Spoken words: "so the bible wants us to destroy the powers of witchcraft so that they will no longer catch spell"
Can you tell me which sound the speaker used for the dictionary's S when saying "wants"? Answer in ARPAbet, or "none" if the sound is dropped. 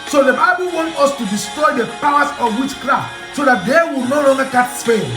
none